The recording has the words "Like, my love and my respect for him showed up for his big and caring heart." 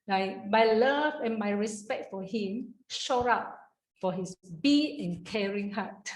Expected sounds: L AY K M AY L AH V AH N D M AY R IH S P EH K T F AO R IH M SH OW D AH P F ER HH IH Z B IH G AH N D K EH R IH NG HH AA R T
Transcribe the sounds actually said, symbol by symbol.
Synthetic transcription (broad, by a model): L AY M AY L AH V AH N M AY R IH S P EH K T F AO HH IH M SH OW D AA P F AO HH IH S B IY AH N K EH R IH NG HH AA T